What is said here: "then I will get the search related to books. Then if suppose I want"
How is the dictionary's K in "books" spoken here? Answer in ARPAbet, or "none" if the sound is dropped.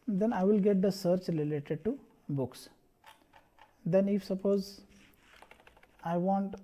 K